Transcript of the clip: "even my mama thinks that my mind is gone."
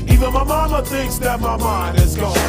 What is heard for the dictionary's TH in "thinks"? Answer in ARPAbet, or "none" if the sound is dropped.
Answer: TH